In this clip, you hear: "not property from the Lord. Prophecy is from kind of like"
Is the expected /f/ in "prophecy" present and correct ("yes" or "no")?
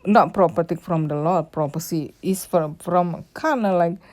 no